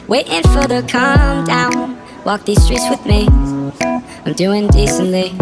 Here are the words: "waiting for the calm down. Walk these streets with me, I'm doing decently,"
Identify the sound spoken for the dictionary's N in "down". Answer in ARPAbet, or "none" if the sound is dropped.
N